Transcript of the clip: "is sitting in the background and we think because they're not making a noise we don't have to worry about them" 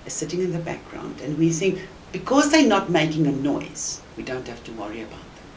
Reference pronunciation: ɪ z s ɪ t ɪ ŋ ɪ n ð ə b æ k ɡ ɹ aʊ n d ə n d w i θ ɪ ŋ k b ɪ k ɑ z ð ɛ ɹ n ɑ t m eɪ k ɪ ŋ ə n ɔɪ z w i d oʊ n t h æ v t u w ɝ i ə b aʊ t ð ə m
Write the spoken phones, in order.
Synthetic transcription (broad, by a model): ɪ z s ɪ t ɪ ŋ ɪ n ð ə b æ k ɡ ɹ aʊ n d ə n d w i s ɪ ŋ b ɪ k ɑ z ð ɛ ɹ n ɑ t m eɪ k ɪ ŋ ə n ɔɪ z w i d oʊ n t h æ f t u w ɝ i ə b aʊ t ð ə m